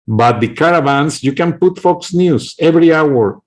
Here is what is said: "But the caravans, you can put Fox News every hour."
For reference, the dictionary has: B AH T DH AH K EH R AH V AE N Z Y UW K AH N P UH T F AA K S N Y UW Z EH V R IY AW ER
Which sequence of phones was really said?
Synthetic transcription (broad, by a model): B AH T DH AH K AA R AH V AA N S Y UW K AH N P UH T F AA K S N Y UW S EH V R IY AW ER